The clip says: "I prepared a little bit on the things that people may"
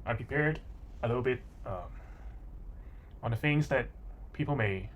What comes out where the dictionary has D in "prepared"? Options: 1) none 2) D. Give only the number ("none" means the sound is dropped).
2